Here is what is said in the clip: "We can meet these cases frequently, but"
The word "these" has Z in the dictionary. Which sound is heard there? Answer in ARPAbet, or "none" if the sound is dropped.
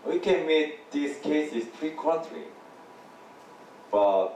S